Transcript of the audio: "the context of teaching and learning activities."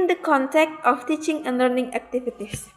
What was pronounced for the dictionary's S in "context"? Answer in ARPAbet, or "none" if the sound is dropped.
none